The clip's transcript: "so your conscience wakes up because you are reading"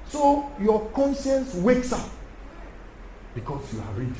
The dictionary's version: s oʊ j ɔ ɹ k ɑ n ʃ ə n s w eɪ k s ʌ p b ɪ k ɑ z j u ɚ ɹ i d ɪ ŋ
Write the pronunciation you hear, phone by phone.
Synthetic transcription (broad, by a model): s oʊ j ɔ k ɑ n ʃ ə n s w eɪ k s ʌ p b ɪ k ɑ s j u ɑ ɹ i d